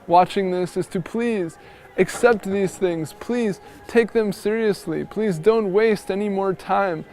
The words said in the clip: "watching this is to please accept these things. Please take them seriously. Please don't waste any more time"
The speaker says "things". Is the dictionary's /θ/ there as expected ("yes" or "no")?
yes